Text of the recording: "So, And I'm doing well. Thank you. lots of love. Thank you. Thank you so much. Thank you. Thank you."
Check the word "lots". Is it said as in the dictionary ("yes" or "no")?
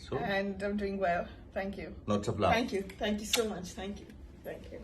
no